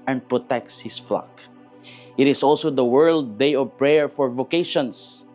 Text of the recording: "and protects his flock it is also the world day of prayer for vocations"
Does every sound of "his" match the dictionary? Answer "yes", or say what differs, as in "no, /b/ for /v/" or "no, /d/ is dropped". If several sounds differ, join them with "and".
no, /s/ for /z/